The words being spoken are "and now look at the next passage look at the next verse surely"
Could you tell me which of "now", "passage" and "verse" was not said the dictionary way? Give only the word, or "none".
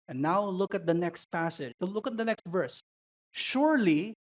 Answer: none